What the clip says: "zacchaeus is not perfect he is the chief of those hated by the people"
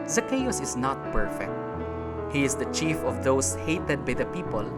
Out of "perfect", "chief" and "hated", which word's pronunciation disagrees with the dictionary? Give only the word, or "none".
none